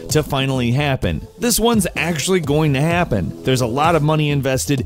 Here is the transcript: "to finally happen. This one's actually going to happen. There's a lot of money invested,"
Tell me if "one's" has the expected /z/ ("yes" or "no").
yes